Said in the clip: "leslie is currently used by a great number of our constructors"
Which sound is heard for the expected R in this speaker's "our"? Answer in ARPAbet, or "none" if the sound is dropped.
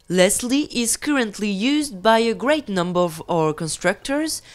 R